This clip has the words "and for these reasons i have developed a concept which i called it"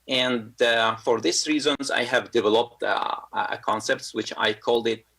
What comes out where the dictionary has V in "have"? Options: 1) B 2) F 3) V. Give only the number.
3